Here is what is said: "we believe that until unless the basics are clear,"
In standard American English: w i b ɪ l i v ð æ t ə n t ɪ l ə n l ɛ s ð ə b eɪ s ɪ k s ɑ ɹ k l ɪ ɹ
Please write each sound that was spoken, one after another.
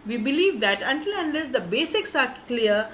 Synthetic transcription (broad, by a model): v i b ɪ l i v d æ t ə n t ɪ l ə n l ɛ s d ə b eɪ s ɪ k s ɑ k k l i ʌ